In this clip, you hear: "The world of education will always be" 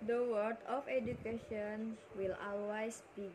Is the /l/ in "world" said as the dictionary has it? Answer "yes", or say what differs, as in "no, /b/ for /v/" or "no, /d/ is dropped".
no, /l/ is dropped